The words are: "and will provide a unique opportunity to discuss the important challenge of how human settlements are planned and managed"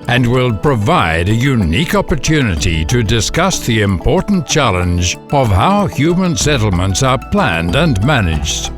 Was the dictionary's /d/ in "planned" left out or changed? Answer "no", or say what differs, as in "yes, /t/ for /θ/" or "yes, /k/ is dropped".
no